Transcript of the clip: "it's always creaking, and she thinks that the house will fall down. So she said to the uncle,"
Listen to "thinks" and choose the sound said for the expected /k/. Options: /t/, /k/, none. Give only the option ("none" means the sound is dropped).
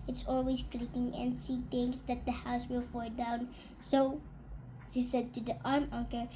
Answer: none